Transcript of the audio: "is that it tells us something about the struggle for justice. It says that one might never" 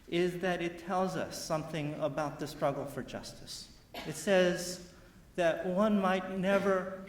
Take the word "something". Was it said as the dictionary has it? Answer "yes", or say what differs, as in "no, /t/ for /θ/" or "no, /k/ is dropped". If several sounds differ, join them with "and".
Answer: yes